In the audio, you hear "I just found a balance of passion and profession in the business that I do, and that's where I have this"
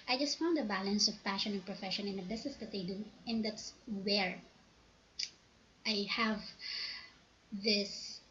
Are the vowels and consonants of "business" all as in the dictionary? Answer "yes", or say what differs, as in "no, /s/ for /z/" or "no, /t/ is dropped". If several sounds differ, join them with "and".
no, /s/ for /z/